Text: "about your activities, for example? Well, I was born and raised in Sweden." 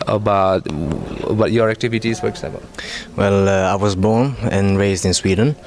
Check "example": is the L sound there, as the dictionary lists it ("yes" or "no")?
no